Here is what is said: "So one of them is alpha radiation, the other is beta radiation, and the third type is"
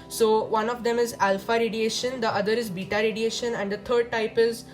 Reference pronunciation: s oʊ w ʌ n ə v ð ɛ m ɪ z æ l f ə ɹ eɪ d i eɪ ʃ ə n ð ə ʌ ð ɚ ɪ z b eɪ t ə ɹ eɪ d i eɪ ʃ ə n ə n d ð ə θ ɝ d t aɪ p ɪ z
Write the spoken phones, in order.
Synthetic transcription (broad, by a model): s oʊ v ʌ n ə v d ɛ m ɪ z æ l f ə ɹ eɪ d i eɪ ʃ ə n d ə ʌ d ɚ ɪ z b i t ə ɹ eɪ d i eɪ ʃ ə n ə n d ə t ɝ d t aɪ p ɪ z